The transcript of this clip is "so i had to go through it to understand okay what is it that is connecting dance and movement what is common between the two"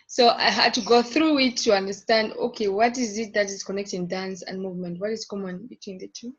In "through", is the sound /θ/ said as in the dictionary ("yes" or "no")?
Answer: yes